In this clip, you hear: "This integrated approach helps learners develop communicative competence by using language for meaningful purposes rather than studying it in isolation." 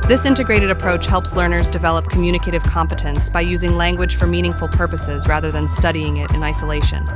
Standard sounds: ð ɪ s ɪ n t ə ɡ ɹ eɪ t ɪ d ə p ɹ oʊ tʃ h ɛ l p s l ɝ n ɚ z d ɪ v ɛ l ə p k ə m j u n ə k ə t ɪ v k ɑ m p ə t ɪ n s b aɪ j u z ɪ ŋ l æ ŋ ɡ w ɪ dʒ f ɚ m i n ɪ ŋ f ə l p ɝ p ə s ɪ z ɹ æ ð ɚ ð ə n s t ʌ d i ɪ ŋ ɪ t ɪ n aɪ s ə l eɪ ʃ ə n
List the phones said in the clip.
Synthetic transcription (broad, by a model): ð ɪ s ɪ n t ə ɡ ɹ eɪ t ɪ d ə p ɹ oʊ tʃ h ɛ l p s l ɝ n ɚ z d ɪ v ɛ l ə p k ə m j u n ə k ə t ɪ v k ɑ m p ə t ɪ n s b aɪ j u z ɪ ŋ l æ ŋ ɡ w ɪ dʒ f ɚ m i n ɪ ŋ f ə l p ɝ p ə s ɪ z ɹ æ ð ɚ ð ə n s t ʌ d i ɪ ŋ ɪ t ɪ n aɪ s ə l eɪ ʃ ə n